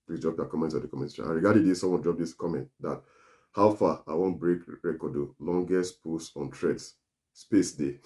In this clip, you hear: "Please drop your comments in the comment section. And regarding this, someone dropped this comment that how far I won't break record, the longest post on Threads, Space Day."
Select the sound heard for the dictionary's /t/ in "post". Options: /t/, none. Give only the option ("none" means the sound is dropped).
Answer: none